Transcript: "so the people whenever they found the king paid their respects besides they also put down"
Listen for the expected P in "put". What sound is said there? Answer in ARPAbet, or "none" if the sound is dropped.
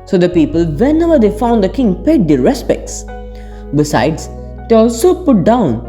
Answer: P